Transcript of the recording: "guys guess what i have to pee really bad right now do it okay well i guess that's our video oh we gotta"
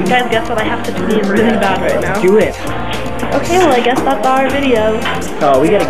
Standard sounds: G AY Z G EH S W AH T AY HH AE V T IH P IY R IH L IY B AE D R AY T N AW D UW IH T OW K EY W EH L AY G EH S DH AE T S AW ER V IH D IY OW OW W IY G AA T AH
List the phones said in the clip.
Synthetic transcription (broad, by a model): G AY Z G EH S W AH T AY HH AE F T IH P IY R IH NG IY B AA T R AY T N AW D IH IH T OW K EY W EH L AY G EH S DH AE T S AW ER V IH D IY OW OW W IY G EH T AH